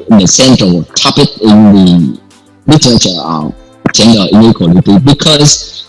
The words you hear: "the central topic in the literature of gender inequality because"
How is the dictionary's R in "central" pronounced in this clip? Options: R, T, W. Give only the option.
W